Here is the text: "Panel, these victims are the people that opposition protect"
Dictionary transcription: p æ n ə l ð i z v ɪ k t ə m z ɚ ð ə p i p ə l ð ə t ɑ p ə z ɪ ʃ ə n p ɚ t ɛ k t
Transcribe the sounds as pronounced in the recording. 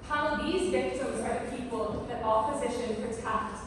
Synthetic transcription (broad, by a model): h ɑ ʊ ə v ð i z v ɪ k t ə m z ɚ ð ə p i p ə l ð ə t ɑ p ə z ɪ ʃ ə n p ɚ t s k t